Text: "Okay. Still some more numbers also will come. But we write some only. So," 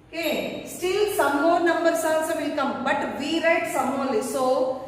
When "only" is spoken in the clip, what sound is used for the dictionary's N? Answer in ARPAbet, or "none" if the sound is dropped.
none